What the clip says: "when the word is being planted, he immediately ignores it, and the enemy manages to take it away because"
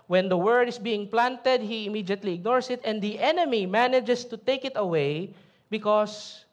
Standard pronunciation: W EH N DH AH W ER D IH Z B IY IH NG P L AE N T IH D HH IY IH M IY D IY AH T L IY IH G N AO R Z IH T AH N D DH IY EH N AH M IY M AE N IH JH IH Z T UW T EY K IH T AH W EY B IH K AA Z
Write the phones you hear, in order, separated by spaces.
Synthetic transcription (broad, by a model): W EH N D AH W ER D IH S B IY IH NG P L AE N T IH D HH IY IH M IY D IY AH T L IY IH G N AO R S IH T AH N D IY EH N AH M IY M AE N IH JH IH S T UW T EY K IH T AH W EY B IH K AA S